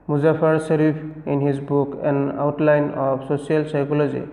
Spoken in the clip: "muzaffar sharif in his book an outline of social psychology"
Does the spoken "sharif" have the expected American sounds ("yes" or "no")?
no